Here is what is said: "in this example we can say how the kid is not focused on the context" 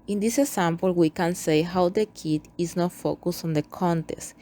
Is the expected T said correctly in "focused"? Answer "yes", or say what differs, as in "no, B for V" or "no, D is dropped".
no, T is dropped